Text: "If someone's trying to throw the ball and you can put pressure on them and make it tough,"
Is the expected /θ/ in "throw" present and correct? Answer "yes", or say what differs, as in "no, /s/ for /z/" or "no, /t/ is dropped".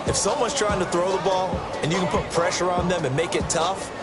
yes